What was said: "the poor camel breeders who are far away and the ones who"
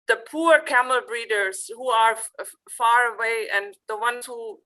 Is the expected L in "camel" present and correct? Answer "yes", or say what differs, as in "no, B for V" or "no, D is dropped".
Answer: yes